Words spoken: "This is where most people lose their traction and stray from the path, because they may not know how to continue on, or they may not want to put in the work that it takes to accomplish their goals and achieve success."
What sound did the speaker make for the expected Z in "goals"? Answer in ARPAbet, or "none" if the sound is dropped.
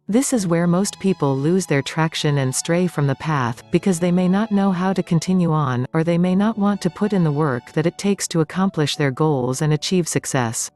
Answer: Z